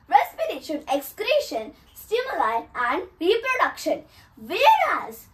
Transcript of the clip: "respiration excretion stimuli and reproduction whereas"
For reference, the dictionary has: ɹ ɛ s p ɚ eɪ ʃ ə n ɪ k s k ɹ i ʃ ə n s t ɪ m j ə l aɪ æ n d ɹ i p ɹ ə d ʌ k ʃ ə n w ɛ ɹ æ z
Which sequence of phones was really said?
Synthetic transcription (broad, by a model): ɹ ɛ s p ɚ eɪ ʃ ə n ɪ k s k ɹ i ʃ ə n s t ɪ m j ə l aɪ æ n d ɹ i p ɹ ə d ʌ k ʃ ə n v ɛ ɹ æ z